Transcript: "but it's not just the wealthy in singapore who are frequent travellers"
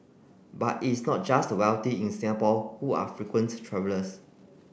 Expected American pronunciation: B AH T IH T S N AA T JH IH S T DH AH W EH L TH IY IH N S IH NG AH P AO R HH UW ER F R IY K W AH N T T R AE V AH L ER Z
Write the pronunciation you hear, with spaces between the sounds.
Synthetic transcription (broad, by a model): B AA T IH T S N AA T JH IH S T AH W EH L T IY IH N S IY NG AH P AO L HH UW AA F R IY K W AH N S T R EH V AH L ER S